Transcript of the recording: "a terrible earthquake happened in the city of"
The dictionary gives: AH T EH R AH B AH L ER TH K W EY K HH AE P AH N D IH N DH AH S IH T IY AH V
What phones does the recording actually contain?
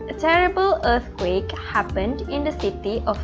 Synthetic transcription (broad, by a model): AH T EH R AH B AH L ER T K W EY K HH AE P AH N D IH N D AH S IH T IY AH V